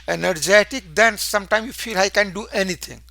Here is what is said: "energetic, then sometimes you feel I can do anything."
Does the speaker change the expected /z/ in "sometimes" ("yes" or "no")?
yes